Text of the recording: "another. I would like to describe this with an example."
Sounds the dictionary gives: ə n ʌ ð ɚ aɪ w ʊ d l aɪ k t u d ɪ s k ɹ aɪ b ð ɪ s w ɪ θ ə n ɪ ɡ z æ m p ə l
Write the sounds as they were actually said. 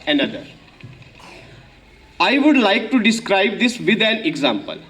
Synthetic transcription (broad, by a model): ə n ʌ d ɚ aɪ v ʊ d l aɪ k t u d ɪ s k ɹ aɪ b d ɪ s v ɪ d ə l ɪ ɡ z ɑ m p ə l